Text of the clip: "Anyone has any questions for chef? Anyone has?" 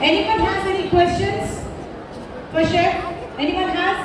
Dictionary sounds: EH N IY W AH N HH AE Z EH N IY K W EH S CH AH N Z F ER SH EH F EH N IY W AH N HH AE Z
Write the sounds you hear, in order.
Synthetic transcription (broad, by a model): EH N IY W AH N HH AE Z EH N IY K W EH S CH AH N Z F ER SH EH EH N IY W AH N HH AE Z